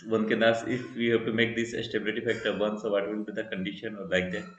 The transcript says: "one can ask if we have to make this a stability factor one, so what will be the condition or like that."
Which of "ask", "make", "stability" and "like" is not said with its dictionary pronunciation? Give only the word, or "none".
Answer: ask